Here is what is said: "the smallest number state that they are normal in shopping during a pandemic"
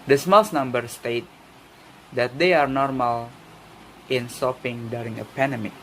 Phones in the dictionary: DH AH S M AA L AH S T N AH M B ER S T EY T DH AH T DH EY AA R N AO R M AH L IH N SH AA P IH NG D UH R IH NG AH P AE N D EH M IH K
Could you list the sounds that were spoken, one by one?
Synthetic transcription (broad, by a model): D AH S M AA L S N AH M B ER S T EY T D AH T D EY AA R N AO R M AH L IH N S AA P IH NG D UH R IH NG AH P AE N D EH M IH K